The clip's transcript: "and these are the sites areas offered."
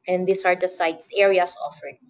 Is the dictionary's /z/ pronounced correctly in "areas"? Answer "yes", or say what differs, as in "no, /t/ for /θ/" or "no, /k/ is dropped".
no, /s/ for /z/